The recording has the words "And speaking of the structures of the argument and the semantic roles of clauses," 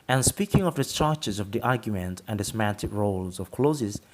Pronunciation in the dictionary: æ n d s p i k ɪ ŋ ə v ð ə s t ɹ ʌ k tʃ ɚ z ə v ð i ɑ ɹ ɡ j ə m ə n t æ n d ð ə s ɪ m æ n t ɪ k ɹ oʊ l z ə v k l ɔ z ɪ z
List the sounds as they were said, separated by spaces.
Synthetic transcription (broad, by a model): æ n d s p i k ɪ ŋ ə v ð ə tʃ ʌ tʃ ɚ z ə v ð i ɑ ɹ ɡ j ə m ə n t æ n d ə s ɪ m æ n t ɪ k ɹ oʊ l z ə v k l ɔ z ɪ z